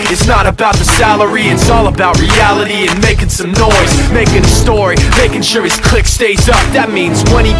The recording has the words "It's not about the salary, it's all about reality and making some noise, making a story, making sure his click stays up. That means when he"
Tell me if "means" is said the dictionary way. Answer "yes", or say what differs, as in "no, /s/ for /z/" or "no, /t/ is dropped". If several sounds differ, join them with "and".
yes